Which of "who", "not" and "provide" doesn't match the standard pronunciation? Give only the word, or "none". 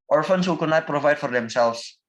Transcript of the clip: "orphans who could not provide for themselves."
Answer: none